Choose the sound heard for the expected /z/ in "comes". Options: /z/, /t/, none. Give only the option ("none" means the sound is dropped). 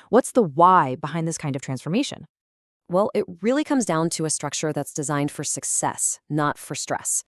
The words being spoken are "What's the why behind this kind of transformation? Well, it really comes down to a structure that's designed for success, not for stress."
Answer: /z/